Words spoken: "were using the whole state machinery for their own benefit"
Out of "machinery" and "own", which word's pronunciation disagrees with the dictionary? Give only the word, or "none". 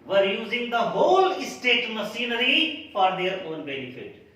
machinery